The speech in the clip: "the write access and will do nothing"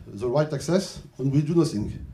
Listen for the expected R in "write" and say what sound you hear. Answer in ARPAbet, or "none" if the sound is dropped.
R